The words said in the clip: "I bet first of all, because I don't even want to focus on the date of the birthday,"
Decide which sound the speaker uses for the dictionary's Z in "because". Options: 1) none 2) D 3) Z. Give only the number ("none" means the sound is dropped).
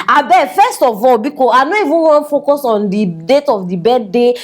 1